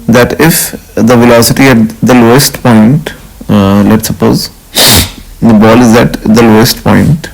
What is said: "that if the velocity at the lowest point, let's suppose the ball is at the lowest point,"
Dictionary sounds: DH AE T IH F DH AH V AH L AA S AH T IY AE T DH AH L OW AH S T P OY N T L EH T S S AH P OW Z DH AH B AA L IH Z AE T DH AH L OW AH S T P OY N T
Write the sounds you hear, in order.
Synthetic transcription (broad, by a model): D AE T IH F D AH V AH L AA S AH T IY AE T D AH L OW AH S T P OY N T L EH T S S AH P OW Z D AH B AA L IH Z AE T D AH L OW AH S T P OY N T